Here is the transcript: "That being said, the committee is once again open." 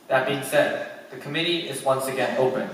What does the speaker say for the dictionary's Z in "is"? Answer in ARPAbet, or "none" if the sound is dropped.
Z